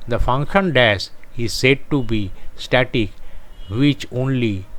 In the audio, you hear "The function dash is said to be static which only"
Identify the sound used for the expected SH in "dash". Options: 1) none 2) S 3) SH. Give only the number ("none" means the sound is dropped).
2